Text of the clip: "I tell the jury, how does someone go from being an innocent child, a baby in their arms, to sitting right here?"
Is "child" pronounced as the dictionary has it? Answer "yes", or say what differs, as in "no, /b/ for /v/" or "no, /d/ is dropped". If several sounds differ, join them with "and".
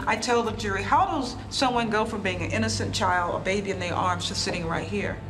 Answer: yes